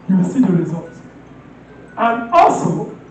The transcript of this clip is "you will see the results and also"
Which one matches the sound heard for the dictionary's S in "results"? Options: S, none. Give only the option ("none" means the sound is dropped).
none